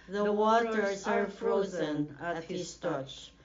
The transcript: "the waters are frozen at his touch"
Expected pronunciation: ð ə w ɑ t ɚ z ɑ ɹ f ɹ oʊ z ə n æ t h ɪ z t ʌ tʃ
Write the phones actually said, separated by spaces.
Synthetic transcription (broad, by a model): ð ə w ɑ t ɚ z ɑ ɹ f ɹ oʊ z ə n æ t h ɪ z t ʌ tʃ